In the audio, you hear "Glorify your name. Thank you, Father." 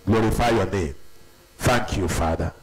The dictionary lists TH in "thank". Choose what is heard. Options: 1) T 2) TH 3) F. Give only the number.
3